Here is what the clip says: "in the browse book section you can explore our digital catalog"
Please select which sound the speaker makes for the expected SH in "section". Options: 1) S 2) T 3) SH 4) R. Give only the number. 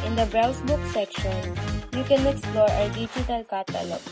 3